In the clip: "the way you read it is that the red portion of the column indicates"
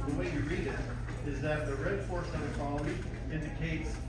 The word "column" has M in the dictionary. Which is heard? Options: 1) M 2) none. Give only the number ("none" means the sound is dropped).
2